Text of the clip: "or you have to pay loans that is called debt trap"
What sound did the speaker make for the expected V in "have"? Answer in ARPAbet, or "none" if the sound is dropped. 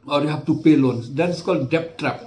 F